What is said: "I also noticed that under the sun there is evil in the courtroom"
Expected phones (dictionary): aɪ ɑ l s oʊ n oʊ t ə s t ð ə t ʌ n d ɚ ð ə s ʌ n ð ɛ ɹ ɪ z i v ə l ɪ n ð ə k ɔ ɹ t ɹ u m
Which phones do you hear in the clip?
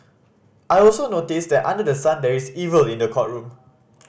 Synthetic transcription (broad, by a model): aɪ ɑ l s oʊ n oʊ t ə s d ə t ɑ n d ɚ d ə s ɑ n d ɛ ɹ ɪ s i v ə l ɪ n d ə k ɔ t ɹ u m